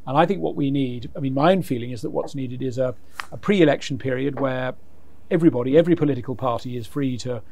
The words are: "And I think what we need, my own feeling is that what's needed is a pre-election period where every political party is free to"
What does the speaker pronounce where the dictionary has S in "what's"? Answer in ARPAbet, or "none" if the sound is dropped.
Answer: S